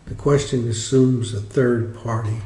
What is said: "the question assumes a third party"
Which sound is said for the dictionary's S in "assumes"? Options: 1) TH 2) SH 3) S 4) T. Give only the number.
3